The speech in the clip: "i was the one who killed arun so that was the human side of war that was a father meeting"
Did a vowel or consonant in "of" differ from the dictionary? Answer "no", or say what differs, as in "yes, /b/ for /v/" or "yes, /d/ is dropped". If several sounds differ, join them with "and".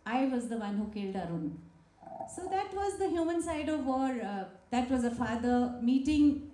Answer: no